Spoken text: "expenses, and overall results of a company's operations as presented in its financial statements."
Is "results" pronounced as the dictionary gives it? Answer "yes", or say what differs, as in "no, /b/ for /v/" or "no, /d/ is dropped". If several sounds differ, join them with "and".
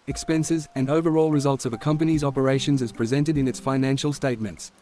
yes